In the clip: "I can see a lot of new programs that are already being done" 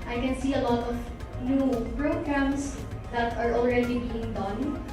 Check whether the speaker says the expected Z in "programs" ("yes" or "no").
no